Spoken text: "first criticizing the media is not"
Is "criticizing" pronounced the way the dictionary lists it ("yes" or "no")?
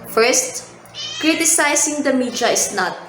no